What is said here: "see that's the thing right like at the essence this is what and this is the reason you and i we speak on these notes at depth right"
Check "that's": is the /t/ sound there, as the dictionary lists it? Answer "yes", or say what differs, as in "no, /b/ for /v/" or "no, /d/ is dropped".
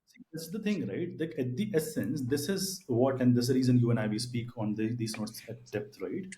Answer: no, /s/ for /t/